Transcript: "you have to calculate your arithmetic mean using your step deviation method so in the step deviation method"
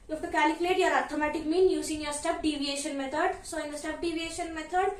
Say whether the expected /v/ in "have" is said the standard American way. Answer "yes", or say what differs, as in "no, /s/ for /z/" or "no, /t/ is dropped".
no, /f/ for /v/